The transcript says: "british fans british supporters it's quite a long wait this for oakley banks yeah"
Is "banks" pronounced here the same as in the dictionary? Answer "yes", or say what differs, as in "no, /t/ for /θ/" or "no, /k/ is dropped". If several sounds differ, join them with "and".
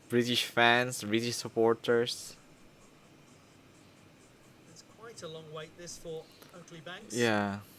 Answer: no, /s/ is dropped